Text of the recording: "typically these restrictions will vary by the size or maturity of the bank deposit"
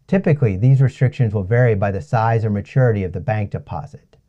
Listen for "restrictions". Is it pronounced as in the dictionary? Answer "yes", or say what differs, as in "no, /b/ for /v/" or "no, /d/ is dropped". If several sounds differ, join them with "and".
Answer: yes